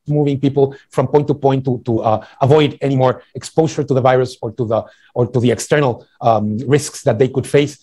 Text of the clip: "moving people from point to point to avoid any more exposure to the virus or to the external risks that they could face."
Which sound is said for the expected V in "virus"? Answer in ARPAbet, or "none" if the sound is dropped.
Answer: V